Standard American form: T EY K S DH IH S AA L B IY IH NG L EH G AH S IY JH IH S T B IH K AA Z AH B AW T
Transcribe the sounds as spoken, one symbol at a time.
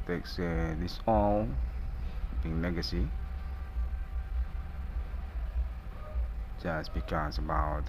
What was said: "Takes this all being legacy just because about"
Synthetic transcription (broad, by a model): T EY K S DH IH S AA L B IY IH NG N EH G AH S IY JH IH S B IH K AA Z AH B AW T